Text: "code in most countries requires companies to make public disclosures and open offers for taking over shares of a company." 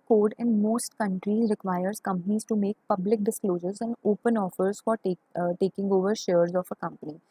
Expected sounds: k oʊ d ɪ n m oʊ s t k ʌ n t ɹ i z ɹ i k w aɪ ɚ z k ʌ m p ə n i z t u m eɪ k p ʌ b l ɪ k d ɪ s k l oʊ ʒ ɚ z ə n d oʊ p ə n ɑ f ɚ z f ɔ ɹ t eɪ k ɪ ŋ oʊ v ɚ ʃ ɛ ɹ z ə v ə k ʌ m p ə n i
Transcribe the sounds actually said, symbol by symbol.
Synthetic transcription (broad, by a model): k oʊ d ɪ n m oʊ s t k ʌ n t ɹ i z ɹ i k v aɪ ɚ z k ʌ m p ə n i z t u m eɪ k p ʌ b l ɪ k d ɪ s k l oʊ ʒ ɚ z ə n d oʊ p ə n ɑ f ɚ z f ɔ ɹ t eɪ k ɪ ŋ oʊ v ɚ ʃ ɛ ɹ z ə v ə k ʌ m p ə n i